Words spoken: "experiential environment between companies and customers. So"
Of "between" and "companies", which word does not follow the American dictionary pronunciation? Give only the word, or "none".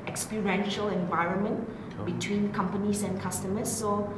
companies